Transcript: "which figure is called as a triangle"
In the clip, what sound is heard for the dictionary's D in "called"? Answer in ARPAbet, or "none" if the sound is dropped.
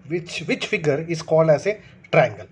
D